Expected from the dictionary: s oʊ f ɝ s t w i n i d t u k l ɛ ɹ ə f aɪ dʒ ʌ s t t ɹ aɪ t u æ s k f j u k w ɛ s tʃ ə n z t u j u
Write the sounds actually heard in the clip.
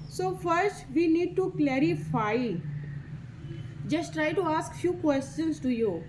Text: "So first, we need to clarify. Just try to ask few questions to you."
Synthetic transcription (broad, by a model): s oʊ f ɝ s t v i n i d t u k l ɛ ɹ ə f aɪ dʒ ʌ s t t ɹ aɪ t u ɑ s k f j u k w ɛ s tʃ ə n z t u j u